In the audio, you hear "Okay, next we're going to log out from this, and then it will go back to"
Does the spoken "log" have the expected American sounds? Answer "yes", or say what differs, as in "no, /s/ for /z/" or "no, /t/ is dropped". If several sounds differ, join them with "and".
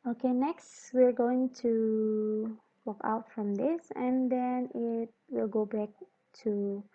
no, /w/ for /l/